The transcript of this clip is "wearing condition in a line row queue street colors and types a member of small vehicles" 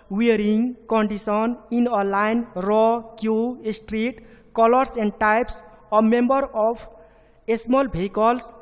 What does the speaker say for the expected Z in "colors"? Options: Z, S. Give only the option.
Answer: S